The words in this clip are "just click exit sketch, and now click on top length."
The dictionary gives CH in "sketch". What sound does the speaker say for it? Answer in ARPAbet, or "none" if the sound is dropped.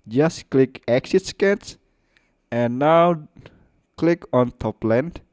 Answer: S